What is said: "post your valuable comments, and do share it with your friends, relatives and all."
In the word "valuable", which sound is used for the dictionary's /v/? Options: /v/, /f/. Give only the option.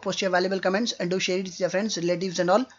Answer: /v/